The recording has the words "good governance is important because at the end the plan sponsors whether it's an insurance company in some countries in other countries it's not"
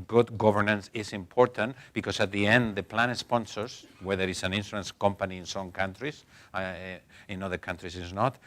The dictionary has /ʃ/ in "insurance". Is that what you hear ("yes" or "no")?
no